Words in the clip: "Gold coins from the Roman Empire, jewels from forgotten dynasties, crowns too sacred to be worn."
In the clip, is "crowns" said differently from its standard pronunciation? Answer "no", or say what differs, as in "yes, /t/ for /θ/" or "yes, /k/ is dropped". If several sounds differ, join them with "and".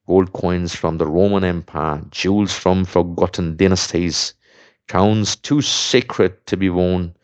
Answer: yes, /ɹ/ is dropped